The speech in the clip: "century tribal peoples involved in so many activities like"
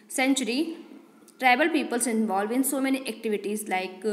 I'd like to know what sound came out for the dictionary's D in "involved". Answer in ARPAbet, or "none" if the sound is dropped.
none